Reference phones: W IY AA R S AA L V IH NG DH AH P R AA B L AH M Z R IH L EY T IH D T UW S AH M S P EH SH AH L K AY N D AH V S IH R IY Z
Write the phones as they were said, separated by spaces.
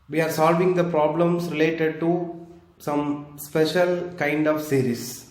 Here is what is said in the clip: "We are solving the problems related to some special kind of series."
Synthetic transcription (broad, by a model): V IY AA R S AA L V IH NG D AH P R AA B L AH M S R IH L EY T IH D T UW S AH M S P EH SH AH L K AY N D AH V S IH R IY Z